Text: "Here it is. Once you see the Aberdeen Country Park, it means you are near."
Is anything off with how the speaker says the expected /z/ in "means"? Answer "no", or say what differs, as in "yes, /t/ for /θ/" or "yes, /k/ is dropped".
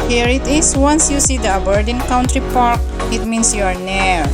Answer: yes, /s/ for /z/